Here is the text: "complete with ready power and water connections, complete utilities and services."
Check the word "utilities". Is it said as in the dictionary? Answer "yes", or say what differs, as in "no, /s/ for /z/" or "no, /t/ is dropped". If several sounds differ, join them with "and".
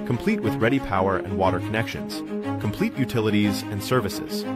yes